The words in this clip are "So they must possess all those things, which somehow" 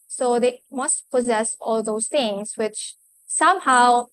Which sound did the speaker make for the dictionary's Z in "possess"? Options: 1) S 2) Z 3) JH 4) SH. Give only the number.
2